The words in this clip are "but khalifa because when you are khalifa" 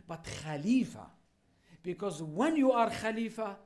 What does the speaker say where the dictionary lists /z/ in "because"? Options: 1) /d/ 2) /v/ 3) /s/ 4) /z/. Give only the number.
4